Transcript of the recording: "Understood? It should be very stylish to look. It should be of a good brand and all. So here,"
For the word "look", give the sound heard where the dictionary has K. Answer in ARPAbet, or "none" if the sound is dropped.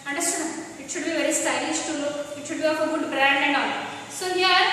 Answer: none